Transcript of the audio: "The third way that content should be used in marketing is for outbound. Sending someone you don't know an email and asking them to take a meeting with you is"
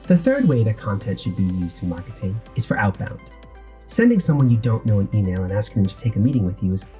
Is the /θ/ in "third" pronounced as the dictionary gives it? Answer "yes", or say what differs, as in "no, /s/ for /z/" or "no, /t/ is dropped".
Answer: yes